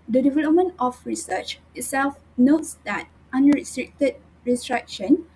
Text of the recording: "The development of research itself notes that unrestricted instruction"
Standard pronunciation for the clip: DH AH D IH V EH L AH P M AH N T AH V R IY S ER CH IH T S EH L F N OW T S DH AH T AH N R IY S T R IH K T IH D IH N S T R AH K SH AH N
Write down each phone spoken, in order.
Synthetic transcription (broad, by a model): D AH D IH V EH L AH P M AH N T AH F R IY S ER CH IH T S EH L F N OW T S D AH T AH N R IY S T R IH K T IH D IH S T R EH K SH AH N